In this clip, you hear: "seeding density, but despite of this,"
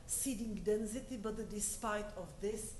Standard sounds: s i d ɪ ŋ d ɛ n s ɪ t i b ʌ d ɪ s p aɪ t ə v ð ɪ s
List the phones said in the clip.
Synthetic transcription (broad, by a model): s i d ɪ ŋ d ɛ n s ɪ t i b ʌ d ɪ s p aɪ t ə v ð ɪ s